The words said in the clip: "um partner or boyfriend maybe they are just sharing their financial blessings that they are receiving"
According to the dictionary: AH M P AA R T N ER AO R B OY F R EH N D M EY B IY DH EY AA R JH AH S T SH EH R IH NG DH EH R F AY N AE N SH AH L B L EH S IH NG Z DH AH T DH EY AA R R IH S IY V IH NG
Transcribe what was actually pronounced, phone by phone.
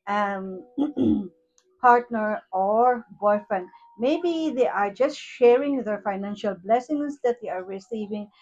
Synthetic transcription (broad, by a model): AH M P AA R T N ER AO R B OY F R EH N D M EY B IY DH EY AA R JH AH S T SH EH R IH NG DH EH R F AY N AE N SH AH L B L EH S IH NG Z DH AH T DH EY AA R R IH S IY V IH NG